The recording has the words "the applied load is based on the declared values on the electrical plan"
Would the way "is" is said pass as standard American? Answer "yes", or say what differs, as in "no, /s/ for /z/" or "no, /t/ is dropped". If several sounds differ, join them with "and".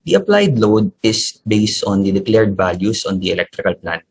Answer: no, /s/ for /z/